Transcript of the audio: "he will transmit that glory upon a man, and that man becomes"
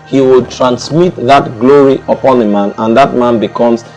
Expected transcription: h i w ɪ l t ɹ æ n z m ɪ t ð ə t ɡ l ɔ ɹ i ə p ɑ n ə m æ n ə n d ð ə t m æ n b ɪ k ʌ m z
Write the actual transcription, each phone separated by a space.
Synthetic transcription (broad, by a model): h i w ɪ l t ɹ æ n s m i t ð ə t ɡ l ɔ ɹ i ə p ɑ n ə m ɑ n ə n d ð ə t m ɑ n b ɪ k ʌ m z